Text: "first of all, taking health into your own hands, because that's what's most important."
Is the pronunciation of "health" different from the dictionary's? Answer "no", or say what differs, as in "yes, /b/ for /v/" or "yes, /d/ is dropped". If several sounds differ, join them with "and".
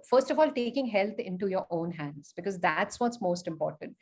yes, /t/ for /θ/